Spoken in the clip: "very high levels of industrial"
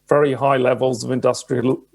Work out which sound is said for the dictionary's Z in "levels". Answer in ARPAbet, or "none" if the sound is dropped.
Z